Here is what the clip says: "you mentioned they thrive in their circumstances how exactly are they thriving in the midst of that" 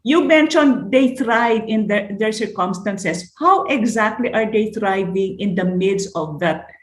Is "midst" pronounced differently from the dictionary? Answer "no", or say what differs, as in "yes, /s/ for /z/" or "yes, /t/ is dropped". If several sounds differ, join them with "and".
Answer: yes, /t/ is dropped